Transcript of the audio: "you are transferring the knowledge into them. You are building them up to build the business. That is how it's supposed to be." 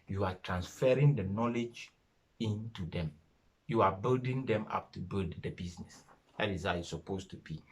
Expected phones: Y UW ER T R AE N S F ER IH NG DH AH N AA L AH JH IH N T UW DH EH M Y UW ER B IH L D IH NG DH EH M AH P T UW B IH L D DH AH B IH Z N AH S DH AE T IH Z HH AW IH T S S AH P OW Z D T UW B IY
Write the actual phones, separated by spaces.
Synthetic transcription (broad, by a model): Y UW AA T R AE N S F ER IH NG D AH N AA L AH JH IH N T UW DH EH M Y UW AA B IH L D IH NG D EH M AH P T UW B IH L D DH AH B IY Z N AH S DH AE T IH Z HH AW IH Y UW S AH P OW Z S T UW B IY